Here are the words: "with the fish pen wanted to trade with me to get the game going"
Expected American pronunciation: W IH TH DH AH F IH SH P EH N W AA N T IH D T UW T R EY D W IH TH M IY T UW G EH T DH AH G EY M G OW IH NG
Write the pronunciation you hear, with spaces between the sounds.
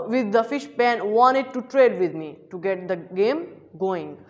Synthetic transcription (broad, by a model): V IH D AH F IH SH P EH N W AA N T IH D T UW T R EY D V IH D M IY T UW G EH T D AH G EY M G OW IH NG